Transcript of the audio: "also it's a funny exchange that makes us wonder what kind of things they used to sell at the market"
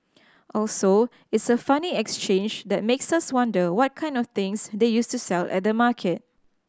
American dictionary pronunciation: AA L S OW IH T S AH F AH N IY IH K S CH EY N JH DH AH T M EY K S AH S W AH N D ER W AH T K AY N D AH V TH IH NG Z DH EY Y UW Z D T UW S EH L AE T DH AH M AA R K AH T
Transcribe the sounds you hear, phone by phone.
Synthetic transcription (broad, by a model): AA L S OW IH T S AH F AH N IY IH K S CH EY N JH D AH T M EY K S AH S W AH N D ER W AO T K AY N D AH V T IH NG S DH EY Y UW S T UW S EH L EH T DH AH M AA K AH T